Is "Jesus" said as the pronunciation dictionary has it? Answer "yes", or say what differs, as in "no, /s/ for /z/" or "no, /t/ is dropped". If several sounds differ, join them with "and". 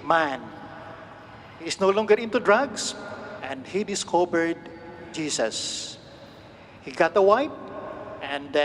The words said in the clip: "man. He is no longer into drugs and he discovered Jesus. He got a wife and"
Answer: no, /s/ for /z/